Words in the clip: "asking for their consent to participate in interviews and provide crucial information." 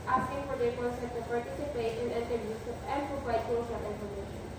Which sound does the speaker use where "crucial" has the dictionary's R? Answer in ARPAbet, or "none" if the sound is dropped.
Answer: none